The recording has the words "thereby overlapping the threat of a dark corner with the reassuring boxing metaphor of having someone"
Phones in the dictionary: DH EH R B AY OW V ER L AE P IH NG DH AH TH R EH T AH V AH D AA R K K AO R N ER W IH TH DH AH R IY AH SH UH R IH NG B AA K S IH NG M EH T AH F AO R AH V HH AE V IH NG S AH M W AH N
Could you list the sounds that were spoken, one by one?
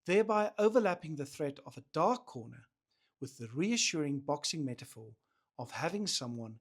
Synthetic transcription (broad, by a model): DH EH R B AY OW V ER L AE P IH NG DH AH TH R EH T AH V AH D AA R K K AO R N ER W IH DH AH R IY AH SH UH R IH NG B AA K S IH NG M EH T AH F AO R AH V HH AE V IH NG S AH M W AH N